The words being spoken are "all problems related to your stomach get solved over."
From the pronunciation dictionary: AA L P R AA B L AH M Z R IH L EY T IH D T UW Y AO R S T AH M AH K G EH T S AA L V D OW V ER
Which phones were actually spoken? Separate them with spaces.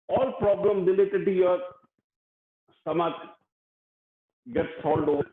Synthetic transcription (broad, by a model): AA L P R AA B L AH M R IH L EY T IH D T UW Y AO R S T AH M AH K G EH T S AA L D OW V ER